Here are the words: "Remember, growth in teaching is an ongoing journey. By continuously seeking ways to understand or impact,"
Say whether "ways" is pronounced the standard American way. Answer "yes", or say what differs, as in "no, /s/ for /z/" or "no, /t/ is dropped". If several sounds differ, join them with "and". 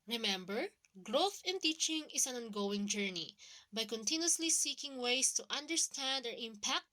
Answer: no, /s/ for /z/